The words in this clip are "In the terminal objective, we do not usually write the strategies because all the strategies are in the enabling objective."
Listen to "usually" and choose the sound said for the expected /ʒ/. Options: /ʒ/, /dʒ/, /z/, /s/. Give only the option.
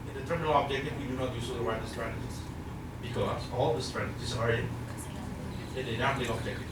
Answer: /s/